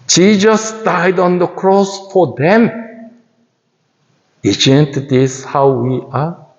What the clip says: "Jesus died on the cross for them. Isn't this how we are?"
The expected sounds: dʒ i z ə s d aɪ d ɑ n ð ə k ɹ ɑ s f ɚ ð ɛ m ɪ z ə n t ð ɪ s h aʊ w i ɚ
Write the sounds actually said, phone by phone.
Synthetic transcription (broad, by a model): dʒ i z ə s d aɪ d ɑ n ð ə k ɹ ɑ s f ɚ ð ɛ m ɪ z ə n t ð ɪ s h aʊ w i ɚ